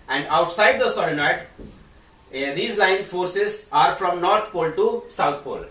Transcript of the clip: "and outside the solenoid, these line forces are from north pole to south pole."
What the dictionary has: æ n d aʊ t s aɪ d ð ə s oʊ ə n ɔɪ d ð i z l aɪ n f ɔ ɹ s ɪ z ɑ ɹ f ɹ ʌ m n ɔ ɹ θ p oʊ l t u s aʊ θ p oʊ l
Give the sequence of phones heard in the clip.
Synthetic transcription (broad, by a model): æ n d aʊ t s aɪ d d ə s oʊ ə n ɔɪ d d i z l aɪ n f ɔ ɹ s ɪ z ɑ ɹ f ɹ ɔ m n ɔ ɹ t p oʊ l t u s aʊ t p oʊ l